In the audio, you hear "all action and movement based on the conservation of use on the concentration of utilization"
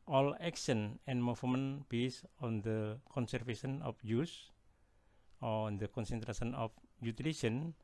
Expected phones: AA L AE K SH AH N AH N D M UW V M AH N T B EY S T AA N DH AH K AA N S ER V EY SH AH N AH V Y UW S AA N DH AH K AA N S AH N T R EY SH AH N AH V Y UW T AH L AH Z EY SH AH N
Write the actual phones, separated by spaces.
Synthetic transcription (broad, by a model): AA L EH K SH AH N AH N M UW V M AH N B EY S AA N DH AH K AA N S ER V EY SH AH N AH F Y UW S AA N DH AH K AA N S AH N T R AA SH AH N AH F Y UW T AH L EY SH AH N